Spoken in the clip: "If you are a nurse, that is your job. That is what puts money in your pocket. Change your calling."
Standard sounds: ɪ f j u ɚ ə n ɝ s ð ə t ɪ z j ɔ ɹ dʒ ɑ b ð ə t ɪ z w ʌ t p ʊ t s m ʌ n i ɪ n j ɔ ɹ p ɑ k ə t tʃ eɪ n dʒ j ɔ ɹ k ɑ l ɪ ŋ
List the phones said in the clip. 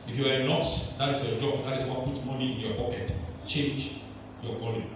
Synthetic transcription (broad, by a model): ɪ f j u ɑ ə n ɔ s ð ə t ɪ s j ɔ dʒ ɑ b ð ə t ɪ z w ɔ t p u t m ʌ n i ɪ n j ɔ p ɑ k ə t tʃ eɪ n dʒ j ɔ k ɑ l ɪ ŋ